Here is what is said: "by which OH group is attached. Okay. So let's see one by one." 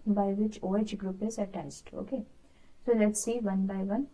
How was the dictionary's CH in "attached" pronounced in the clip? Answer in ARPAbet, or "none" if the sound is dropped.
S